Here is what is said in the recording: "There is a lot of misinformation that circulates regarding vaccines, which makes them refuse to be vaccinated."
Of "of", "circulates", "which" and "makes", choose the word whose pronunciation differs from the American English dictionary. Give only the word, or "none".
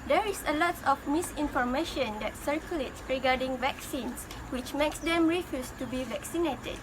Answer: of